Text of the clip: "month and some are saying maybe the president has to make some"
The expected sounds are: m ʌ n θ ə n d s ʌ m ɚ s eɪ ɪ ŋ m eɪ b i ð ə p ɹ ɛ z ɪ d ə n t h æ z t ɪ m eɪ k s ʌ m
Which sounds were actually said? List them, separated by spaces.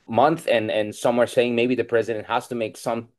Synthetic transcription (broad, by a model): m ʌ n θ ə n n s ʌ m ɚ s eɪ ɪ ŋ m eɪ b i ð ə p ɹ ɛ z ɪ d ə n t h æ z t ɪ m eɪ k s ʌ m